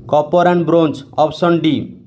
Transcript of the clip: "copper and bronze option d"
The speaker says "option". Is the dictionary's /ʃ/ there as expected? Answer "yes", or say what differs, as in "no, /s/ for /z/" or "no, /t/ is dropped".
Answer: no, /s/ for /ʃ/